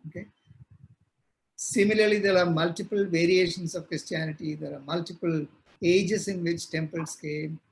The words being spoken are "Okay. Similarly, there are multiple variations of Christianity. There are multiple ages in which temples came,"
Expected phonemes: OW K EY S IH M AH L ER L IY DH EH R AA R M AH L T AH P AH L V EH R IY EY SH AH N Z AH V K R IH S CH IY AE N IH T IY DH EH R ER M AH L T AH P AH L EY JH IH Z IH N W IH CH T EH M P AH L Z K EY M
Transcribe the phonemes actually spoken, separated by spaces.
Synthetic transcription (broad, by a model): OW K EY S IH M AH L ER L IY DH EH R AA R M AH L T AH P AH L V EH R IY EY SH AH N S AH V K R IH S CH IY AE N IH T IY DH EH R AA M AH L T AH P AH L EY JH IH S IH N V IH CH T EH M P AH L S K EY M